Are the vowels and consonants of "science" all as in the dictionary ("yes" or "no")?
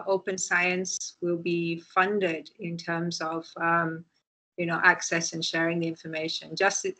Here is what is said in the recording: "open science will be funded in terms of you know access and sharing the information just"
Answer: yes